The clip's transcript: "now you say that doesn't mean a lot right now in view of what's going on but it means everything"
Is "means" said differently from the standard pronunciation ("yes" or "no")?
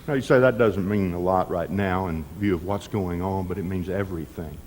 no